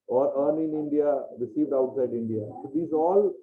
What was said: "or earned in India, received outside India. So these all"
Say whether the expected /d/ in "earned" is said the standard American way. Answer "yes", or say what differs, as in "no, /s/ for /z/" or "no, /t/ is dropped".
no, /d/ is dropped